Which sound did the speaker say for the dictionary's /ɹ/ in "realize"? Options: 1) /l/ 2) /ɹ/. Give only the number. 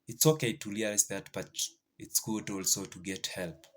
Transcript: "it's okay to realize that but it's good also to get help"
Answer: 1